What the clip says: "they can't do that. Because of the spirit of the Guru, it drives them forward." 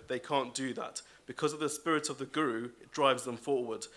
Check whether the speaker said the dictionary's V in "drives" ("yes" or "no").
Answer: yes